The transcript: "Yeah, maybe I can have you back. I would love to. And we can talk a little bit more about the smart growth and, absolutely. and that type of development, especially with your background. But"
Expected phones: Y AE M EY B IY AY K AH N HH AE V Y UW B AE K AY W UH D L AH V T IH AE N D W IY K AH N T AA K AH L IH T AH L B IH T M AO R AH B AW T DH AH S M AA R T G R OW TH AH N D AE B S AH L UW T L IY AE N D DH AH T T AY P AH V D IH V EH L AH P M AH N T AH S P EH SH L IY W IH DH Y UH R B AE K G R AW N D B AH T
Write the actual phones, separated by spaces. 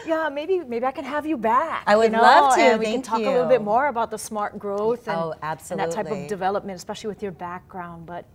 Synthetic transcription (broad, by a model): Y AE M EY B IY AY K AH N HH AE V Y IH B AE K AY W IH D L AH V T IH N W IY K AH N T AA AH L IH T L B IH T M AO R AH B AW T DH AH S M AA R T G R OW TH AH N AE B S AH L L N DH AH T T AY P AH V D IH V EH L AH P M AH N T AH S P EH SH L IY W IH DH Y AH R B AE K G R AW N D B AH T